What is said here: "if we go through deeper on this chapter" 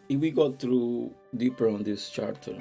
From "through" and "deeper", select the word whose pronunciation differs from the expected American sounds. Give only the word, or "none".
through